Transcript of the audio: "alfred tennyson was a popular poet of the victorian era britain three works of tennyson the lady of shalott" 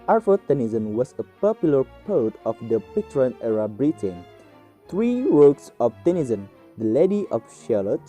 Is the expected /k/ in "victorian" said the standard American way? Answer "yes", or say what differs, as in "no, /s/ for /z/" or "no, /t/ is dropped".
no, /k/ is dropped